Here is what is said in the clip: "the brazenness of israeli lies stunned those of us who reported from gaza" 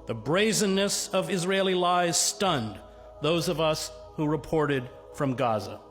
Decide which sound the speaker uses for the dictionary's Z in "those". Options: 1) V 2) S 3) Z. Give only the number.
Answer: 3